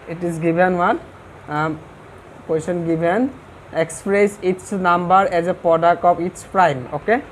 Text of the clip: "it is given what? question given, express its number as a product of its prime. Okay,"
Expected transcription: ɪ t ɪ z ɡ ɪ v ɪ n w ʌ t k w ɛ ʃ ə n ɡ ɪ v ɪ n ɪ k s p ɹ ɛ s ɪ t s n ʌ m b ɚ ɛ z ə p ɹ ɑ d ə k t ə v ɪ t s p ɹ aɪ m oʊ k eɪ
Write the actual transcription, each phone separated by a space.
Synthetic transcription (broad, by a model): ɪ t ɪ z ɡ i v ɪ n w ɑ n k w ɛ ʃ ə n ɡ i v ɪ n ɪ k s p ɹ ɛ s ɪ t s n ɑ m b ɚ ɛ z ə p ɹ ɑ d ə k t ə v ɪ t s p ɹ aɪ m oʊ k eɪ